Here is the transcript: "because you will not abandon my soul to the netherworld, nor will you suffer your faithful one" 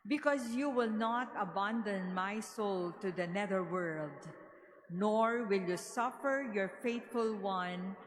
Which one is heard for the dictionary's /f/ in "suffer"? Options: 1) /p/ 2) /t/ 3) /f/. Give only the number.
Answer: 3